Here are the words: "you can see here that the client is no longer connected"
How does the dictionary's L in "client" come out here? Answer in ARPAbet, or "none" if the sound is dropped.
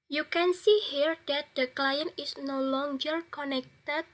L